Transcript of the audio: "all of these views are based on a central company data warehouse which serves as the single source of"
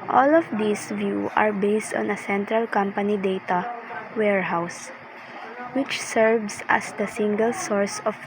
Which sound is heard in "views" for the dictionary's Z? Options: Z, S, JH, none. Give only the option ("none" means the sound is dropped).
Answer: none